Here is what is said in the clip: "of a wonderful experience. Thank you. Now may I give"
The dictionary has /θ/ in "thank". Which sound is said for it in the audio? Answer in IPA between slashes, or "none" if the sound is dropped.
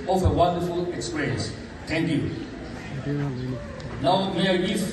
/t/